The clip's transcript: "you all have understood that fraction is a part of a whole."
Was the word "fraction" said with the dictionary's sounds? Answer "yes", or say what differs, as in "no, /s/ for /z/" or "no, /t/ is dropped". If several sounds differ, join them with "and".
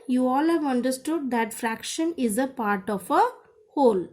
yes